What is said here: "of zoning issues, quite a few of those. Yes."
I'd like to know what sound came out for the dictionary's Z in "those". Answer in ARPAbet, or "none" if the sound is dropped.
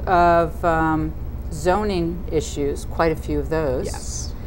Z